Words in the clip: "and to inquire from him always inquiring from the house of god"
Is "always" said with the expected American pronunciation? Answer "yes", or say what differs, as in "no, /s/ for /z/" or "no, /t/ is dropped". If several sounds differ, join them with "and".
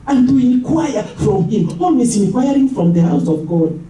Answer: no, /s/ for /z/